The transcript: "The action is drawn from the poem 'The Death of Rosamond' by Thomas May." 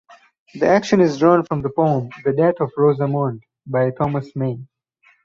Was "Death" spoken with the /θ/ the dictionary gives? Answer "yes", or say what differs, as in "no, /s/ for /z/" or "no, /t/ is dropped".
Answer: no, /t/ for /θ/